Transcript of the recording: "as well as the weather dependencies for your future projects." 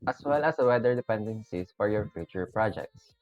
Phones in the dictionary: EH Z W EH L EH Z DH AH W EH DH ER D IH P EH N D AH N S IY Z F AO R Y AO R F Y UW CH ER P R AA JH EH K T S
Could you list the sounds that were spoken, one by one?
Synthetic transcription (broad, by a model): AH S W EH L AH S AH W EH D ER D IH P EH N D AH N S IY S F AO R Y AO R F Y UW CH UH P R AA JH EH K T S